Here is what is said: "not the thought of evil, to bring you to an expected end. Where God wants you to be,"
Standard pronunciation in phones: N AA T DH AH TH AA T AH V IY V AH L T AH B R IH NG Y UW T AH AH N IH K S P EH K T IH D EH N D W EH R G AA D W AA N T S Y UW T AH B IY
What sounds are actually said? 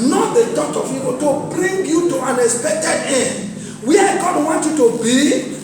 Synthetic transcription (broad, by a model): N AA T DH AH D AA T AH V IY P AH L T AH B R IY NG Y UW T AH AH N IH K S P EH K T IH D EH N D W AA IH G AA D W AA N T Y UW T AH B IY